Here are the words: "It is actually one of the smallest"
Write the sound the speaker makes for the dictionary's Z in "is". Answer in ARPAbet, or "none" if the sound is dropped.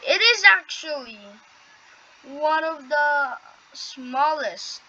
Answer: Z